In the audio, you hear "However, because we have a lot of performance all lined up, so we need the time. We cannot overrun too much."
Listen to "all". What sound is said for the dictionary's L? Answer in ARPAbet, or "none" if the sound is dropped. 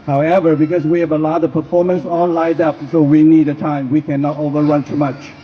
N